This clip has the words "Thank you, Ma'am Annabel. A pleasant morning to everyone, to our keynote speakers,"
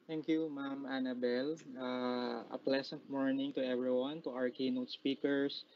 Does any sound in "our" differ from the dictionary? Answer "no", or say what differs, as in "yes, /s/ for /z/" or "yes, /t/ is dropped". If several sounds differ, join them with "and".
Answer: no